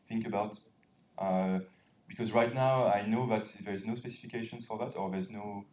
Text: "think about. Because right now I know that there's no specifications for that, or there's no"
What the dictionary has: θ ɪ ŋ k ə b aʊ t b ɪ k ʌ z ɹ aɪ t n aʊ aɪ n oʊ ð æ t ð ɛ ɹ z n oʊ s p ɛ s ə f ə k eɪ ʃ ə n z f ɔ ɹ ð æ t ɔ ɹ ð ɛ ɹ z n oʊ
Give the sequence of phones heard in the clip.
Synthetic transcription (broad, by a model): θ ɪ ŋ k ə b aʊ t b ɪ k ʌ z ɹ aɪ t n aʊ aɪ n oʊ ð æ t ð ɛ ɹ z n oʊ s p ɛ s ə f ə k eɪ ʃ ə n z f ɔ ɹ ð æ t ɔ ɹ ð ɛ ɹ z n oʊ